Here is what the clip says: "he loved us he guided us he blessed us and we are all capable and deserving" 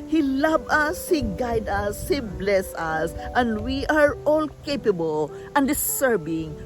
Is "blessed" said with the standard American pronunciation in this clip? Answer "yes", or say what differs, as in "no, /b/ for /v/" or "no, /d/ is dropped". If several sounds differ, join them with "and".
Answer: no, /t/ is dropped